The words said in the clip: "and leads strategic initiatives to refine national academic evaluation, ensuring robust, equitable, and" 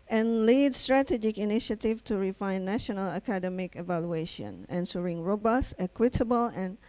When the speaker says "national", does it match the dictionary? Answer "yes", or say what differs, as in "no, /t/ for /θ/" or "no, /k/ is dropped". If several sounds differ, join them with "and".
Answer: yes